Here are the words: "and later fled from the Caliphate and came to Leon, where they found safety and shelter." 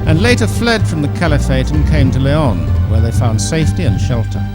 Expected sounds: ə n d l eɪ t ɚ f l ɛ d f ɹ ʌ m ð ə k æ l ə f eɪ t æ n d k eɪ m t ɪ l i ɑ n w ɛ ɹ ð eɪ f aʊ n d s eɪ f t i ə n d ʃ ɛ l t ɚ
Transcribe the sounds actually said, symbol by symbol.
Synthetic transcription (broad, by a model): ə n l eɪ t ɚ f l ɛ d f ɹ ʌ m ð ə k æ l ə f eɪ t n k eɪ m t ɪ l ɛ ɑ n w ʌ ɹ ð eɪ f aʊ n d s eɪ f t i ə n ʃ ɛ l t ɚ